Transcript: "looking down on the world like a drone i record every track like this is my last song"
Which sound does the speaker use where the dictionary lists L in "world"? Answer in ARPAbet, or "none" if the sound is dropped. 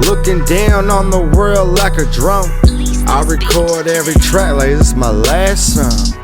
L